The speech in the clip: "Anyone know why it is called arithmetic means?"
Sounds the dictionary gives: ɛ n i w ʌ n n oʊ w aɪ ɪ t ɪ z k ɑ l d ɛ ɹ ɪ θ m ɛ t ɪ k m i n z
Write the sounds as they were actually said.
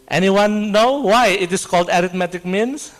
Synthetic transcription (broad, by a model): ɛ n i w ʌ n n oʊ w aɪ ɪ t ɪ s k ɑ l d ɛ ɹ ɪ t m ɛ t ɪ k m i n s